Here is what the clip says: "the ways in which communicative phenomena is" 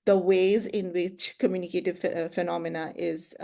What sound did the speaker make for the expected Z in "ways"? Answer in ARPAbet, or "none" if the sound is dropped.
Z